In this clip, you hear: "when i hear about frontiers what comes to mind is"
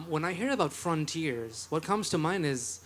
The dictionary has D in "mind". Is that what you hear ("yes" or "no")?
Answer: no